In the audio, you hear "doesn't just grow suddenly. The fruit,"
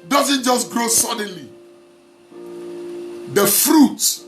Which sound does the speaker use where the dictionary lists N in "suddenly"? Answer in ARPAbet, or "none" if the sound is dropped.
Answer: N